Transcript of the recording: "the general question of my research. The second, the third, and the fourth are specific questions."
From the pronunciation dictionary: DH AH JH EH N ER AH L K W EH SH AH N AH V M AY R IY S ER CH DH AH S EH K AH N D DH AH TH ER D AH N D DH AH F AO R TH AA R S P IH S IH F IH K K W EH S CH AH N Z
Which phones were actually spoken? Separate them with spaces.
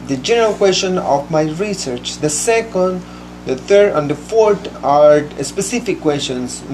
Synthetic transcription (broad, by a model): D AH JH EH N ER AH L K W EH S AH N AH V M AY R IY S ER CH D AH S EH K AH N D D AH T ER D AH N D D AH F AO R T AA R S P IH S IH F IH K K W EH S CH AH N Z